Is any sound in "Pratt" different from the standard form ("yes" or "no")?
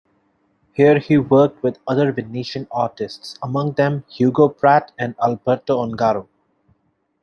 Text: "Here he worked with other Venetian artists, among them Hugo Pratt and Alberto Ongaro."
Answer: no